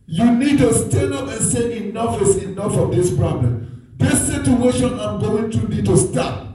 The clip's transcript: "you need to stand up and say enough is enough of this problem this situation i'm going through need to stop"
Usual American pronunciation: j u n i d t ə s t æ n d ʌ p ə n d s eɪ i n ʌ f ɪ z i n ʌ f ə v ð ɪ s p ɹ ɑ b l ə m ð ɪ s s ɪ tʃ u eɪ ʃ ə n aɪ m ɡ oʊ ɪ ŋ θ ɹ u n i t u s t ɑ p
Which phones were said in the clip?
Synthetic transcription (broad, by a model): j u n i d t ə s t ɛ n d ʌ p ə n s eɪ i n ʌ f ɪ s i n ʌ f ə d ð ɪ s p ɹ ɑ b l ə m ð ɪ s s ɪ tʃ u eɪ ʃ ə n aɪ m ɡ oʊ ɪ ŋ t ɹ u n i t u s t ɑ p